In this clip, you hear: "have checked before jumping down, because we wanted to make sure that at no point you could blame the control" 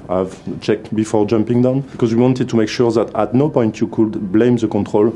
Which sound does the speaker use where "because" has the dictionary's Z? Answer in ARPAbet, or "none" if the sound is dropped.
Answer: Z